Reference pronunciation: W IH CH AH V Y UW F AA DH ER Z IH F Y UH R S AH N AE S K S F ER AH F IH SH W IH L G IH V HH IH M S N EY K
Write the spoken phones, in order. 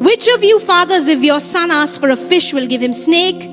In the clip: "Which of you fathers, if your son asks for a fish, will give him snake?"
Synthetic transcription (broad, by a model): W IH CH AH V Y UW F AA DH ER Z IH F Y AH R S AH N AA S S F ER AH F IH SH W IH L G IH V HH IH M S N EY K